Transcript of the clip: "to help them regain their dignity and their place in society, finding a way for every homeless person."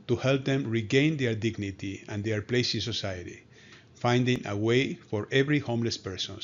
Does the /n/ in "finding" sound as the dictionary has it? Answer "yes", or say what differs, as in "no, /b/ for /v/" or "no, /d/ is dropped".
yes